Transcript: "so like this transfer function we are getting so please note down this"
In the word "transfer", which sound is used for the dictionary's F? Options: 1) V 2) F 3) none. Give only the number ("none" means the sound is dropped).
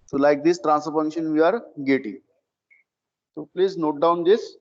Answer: 3